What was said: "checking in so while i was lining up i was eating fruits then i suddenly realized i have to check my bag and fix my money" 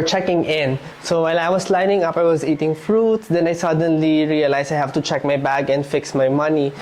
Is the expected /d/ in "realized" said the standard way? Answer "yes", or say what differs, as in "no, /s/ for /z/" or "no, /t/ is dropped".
no, /d/ is dropped